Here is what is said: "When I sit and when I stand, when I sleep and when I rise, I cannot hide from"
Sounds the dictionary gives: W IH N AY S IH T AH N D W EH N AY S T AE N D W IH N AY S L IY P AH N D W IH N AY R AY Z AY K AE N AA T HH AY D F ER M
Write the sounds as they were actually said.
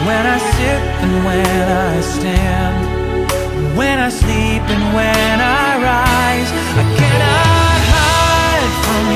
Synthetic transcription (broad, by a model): W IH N AY S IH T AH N W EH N AY S T AE N D W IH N AY S L IY P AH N W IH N AY R AY Z AY K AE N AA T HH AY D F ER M